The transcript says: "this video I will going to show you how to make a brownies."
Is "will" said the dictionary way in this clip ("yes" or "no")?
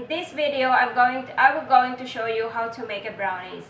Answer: no